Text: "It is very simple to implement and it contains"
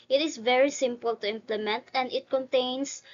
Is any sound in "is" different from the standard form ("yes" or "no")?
yes